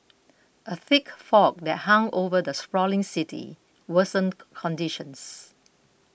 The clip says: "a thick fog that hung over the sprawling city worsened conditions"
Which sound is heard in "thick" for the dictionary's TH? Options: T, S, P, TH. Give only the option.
TH